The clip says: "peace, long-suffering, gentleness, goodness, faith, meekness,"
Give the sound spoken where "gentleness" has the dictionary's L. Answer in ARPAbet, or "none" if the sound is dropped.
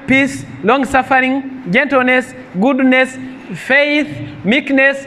L